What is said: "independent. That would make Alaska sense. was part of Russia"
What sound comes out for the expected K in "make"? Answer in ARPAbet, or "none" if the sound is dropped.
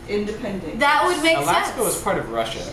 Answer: none